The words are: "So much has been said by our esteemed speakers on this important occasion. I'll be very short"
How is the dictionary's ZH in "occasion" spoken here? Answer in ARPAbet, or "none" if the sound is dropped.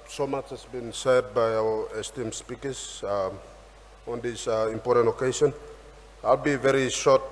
S